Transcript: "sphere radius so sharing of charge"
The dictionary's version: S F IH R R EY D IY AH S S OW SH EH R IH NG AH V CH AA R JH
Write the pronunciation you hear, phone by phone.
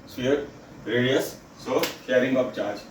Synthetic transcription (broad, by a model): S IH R R EY D IY AH S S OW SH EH R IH NG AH P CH AA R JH